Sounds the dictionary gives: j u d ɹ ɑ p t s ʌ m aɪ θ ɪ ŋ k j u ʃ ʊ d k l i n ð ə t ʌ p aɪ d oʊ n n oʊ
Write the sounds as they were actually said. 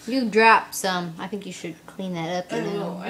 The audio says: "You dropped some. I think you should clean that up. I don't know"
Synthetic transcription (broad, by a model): j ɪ d ɹ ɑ p s ʌ m aɪ θ ɪ ŋ k j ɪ ʃ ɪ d k l i n ð ə t ʌ p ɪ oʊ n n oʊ